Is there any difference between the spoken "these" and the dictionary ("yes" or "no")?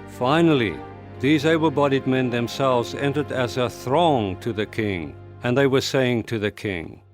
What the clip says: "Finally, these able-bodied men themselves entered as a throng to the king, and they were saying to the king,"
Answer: no